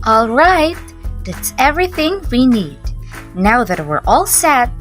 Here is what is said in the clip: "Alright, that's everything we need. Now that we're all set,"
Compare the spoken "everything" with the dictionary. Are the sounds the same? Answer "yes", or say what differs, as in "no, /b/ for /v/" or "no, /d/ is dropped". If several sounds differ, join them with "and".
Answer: yes